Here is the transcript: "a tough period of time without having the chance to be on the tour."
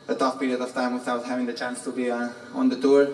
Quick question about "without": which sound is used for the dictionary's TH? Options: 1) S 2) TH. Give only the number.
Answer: 1